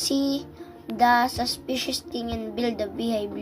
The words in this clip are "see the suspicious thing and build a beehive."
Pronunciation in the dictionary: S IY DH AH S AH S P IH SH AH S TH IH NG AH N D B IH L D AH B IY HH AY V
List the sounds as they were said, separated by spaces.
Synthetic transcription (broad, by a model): S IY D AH S AH S P IH SH AH S T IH NG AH N B IH L D AH B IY HH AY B